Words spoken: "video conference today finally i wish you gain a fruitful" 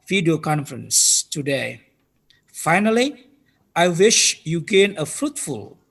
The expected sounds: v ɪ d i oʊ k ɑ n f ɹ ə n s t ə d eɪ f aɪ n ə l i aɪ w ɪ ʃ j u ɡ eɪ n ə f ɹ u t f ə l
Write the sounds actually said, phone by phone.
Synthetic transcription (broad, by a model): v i d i oʊ k ɑ n f ɹ ə n s t ə d eɪ f aɪ n ə l i aɪ w ɪ ʃ j u ɡ eɪ n ə f ɹ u t f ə l